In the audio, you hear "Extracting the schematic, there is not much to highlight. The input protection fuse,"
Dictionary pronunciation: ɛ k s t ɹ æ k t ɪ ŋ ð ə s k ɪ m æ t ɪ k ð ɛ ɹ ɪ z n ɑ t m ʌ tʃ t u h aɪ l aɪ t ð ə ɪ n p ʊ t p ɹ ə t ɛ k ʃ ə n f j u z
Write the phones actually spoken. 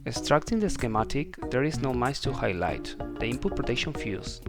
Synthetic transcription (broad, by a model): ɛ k s t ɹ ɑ k t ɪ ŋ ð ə s k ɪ m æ t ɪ k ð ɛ ɹ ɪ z n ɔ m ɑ s t u h aɪ l aɪ t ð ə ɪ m p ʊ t p ɹ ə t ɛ k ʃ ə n f j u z